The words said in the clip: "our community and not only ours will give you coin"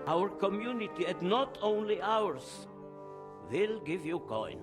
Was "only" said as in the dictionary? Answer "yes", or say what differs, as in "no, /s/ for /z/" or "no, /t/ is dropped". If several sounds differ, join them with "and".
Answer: yes